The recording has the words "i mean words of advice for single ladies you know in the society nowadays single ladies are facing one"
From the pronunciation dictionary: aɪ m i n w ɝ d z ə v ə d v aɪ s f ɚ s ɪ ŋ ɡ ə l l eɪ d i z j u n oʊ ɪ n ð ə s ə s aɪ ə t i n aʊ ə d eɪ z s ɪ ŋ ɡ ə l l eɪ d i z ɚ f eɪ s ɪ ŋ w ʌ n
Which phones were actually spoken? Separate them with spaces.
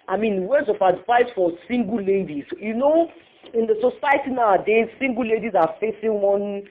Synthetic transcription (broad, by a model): aɪ m i n w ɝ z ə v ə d f aɪ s f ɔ s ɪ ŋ ɡ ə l l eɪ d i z j u n oʊ ɪ n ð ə s ə s aɪ ə t i n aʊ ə d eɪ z s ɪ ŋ ɡ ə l l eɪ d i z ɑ f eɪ s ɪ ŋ w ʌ n